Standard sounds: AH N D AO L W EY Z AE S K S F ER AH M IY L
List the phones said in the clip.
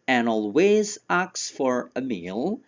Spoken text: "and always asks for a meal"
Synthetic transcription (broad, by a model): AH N AO L W EY Z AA K S F ER AH M IY L